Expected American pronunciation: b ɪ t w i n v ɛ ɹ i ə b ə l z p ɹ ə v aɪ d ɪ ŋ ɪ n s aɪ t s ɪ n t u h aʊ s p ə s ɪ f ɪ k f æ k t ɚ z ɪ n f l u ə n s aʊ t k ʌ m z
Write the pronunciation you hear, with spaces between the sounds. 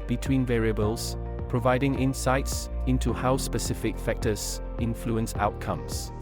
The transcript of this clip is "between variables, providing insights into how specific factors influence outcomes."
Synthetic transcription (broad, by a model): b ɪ t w i n v ɛ ɹ i ə b ə l z p ɹ ə v aɪ d ɪ ŋ ɪ n s aɪ t s ɪ n t u h aʊ s p ə s ɪ f ɪ k f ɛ k t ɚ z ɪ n f l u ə n s aʊ t k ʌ m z